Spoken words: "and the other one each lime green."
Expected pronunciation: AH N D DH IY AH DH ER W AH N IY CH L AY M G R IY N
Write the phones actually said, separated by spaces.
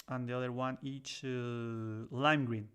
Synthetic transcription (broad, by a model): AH N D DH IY AH DH ER W AH N IY CH L AY M G R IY N